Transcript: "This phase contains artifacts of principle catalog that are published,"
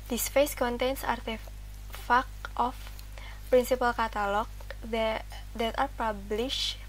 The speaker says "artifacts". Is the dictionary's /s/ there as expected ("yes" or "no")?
no